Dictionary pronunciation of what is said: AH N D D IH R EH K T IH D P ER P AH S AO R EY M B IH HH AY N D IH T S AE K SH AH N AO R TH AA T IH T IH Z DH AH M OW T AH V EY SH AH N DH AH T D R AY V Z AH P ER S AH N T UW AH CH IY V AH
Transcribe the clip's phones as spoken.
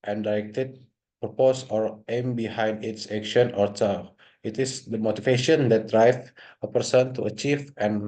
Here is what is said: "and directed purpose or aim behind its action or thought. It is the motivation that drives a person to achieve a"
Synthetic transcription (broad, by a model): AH N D D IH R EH K T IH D P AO P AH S AO R EY M B IH HH AY N D IH T S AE K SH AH N AO R T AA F IH T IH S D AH M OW T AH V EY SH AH N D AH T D R AY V AH P ER S AH N T UW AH CH IY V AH